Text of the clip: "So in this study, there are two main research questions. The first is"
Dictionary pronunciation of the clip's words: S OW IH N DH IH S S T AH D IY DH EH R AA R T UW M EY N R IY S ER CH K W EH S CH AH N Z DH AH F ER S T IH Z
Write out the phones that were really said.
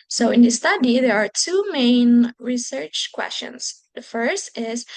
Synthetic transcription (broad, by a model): S OW IH N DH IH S S T AH D IY DH EH R AA R T UW M EY N R IY S ER CH K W EH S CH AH N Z DH AH F ER S T IH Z